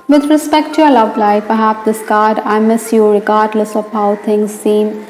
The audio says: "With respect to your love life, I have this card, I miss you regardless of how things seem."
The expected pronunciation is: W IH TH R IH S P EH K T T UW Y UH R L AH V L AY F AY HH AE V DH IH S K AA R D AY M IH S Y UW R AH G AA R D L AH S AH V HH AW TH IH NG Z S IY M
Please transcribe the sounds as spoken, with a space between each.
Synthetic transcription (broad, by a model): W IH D R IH S P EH K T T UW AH L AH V L AY P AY HH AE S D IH S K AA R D AY M IH S Y UW R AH G AA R D L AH S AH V HH AW T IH NG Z S IY M